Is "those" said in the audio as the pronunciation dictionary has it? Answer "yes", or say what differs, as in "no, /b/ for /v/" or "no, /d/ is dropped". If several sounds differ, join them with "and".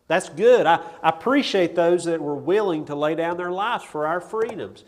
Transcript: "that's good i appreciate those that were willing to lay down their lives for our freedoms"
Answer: yes